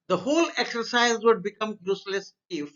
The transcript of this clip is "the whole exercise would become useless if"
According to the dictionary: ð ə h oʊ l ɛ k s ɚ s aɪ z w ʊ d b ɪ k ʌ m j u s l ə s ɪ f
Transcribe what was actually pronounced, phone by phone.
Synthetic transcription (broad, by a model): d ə h oʊ l ɛ k s ɚ s aɪ z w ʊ d b ɪ k ʌ m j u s l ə s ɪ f